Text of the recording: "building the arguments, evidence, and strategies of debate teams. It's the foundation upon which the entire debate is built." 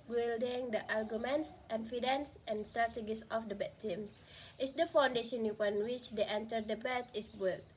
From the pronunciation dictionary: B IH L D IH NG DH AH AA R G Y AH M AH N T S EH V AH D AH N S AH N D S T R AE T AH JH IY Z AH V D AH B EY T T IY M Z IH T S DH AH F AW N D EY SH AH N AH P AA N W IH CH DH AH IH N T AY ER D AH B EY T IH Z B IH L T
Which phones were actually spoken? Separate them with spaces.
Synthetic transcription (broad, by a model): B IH L D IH NG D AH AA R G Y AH M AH N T S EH F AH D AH N S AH N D S T R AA T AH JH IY S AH F D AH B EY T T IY M S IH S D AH F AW N D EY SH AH N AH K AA N W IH CH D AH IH N T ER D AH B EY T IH S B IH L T